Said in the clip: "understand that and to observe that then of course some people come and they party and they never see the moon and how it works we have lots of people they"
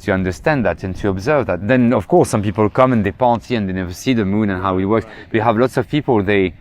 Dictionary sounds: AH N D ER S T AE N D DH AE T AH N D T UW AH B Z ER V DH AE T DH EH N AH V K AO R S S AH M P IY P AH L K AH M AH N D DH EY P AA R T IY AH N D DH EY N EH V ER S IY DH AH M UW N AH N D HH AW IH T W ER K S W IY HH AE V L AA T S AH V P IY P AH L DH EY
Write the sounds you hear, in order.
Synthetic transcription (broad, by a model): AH N D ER S T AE N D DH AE T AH N T UW AH B Z ER V DH AE T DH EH N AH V K AO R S S AH M P IY P AH L K AH M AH N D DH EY P AA R T IY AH N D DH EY N EH V ER S IY DH AH M UW N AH N HH AW IH T W ER K S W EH HH AE V L AA T S AH V P IY P AH L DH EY